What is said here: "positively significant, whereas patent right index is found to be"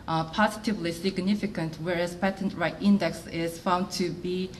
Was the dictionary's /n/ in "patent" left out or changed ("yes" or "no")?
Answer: no